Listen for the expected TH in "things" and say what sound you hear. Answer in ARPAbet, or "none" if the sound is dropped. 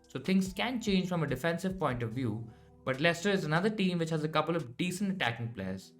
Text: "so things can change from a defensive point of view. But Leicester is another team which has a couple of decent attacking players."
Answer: T